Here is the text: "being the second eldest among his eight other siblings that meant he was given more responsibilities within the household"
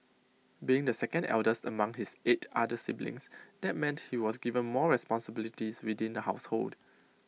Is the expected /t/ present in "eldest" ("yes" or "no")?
yes